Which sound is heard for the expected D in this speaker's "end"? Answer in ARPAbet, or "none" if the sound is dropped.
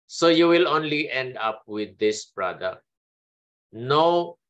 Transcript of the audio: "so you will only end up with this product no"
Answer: D